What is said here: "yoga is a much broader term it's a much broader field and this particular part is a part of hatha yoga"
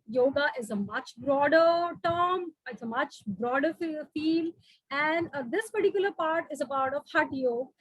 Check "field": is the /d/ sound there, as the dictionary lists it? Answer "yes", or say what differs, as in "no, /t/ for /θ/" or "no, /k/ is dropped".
no, /d/ is dropped